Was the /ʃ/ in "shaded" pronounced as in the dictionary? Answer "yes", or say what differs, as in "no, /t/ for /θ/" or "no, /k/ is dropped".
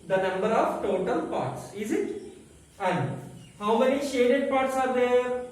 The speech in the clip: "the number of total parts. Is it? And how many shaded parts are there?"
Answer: yes